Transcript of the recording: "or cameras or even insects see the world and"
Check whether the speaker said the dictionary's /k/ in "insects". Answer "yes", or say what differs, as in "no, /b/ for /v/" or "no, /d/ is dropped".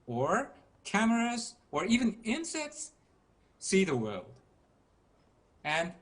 yes